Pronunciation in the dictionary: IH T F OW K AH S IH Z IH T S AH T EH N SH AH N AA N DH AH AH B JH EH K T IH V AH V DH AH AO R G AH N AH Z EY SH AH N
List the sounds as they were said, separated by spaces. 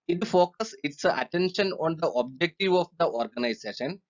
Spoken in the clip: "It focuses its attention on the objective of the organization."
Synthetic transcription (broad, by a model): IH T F OW K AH S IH S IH T AH T EH N SH AH N AA N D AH AH B JH EH K T IH V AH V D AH AO R G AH N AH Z EY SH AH N